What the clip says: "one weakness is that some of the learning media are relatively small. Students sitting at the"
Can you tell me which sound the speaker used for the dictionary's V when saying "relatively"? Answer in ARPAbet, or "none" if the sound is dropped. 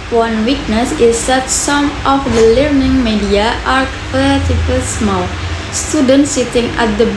none